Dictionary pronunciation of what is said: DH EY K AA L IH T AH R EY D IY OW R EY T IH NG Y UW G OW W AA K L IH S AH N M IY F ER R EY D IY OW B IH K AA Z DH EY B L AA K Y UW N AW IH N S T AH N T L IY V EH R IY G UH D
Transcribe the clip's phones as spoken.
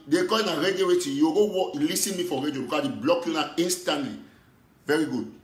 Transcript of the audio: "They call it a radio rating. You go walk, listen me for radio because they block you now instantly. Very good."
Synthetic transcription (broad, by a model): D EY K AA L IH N AH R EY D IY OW W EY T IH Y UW G OW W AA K L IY S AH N M IY F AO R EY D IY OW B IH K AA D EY B L AA K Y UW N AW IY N S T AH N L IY V EH R IY G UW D